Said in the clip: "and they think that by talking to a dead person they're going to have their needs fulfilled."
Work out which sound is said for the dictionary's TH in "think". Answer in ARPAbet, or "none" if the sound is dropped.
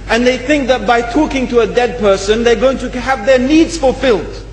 TH